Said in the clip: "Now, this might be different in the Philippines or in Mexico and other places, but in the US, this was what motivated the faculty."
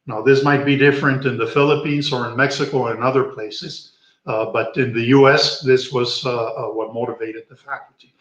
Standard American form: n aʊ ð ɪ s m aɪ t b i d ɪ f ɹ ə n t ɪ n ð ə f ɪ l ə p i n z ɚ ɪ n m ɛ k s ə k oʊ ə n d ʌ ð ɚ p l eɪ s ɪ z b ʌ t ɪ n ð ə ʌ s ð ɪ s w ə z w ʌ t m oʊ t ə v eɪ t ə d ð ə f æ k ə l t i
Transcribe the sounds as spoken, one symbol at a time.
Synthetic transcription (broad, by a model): n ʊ ð ɪ s m aɪ t b i d ɪ f ɹ ə n t ɪ n ð ə f ɪ l ə p i n z ɚ ɪ n m ɛ k s ə k oʊ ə n ʌ ð ɚ p l eɪ s ɪ z b ʌ t ɪ n ð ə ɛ s ð ɪ s w ə z w ʌ t m oʊ t ə v eɪ t ə d ð ə f æ k l t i